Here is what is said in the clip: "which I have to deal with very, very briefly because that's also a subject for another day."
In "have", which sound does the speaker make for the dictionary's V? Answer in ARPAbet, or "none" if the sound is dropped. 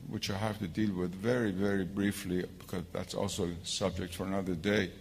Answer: F